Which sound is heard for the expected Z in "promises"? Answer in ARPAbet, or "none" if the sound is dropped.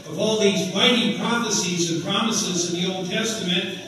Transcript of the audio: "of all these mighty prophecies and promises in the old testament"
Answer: Z